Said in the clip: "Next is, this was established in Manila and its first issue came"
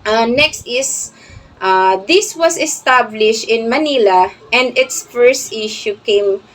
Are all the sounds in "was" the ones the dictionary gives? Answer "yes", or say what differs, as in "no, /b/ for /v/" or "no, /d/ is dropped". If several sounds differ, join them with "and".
no, /s/ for /z/